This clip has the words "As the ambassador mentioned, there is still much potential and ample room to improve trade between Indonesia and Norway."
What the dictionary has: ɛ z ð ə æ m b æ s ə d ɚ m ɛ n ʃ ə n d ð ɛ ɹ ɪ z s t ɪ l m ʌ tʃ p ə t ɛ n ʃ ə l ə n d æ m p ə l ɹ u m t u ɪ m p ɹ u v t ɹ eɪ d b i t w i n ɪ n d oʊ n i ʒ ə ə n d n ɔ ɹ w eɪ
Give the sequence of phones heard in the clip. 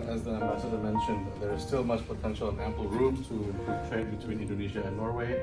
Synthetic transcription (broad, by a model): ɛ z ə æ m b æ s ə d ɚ m ɛ n ʃ ə n d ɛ ɹ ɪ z s t ɪ l m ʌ tʃ p ə t ɛ n ʃ ə l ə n æ m p ə l ɹ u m t u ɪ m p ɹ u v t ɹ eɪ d b i t w i n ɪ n d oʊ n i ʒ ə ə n n ɔ ɹ w eɪ